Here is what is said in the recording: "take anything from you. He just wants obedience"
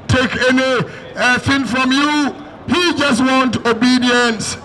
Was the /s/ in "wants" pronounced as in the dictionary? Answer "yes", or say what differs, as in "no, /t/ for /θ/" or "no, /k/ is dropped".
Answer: no, /s/ is dropped